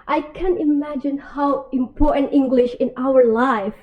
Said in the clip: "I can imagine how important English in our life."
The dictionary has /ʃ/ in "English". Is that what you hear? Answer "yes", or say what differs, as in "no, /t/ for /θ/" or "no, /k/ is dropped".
yes